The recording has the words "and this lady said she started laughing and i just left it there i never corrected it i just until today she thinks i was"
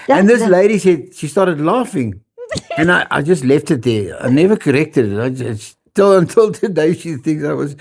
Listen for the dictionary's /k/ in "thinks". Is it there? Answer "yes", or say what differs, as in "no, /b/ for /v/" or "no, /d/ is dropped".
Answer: no, /k/ is dropped